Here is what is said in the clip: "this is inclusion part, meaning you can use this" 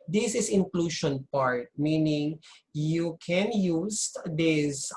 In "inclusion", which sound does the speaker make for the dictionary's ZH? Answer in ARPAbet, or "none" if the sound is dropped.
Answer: SH